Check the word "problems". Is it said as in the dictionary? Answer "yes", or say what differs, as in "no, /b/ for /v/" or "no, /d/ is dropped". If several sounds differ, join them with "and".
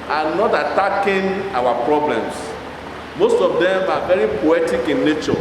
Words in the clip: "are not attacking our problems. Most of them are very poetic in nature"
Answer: no, /s/ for /z/